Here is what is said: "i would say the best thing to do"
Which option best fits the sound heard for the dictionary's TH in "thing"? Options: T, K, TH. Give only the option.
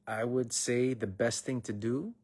TH